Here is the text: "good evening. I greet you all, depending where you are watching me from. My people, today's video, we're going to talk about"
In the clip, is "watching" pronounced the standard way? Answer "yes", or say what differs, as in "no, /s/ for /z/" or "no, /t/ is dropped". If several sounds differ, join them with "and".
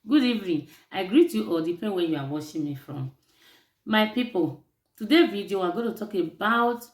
no, /ʃ/ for /tʃ/